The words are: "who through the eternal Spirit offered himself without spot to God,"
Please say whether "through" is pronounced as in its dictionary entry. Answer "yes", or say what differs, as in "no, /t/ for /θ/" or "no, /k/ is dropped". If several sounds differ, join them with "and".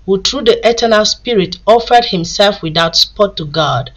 no, /t/ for /θ/